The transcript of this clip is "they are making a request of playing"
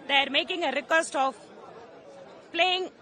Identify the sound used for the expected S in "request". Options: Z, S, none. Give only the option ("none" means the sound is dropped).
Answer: S